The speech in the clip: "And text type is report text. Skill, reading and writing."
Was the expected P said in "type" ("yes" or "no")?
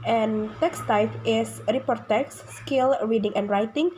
no